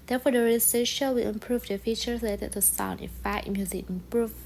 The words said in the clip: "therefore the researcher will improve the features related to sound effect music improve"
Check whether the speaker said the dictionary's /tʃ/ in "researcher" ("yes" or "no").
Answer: no